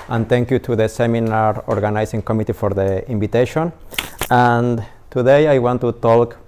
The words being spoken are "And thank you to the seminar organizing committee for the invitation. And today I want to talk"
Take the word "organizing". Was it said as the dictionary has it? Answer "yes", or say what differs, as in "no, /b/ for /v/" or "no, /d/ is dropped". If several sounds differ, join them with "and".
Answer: no, /s/ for /z/